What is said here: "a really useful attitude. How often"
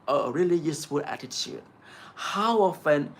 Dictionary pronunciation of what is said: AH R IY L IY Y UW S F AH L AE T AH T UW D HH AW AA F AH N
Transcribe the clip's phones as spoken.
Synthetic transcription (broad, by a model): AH R IY L IY Y UW S F AH L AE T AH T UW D HH AW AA F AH N